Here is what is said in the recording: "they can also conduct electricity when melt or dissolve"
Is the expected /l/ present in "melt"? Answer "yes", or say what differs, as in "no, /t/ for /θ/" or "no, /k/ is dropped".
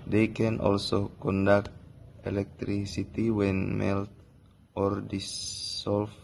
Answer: yes